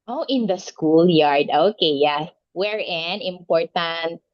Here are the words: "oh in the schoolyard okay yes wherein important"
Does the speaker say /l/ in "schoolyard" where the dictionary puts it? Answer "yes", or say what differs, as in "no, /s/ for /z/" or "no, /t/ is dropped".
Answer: yes